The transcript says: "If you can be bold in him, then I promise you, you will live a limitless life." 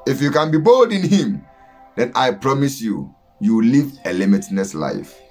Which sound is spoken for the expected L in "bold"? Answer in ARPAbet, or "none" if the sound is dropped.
L